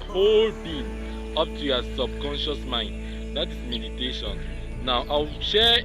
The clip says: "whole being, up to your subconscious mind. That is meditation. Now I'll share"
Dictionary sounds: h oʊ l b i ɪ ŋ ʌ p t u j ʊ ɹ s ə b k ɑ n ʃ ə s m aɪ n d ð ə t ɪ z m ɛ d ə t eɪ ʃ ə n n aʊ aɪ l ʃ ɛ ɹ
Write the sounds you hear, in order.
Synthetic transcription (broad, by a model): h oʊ l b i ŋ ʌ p t u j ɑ s ə b k ɑ n ʃ ə s m aɪ n d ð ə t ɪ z m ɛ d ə t eɪ ʃ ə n n aʊ aɪ w ʃ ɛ